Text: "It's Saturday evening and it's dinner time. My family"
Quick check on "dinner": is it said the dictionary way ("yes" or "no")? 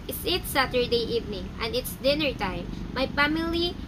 yes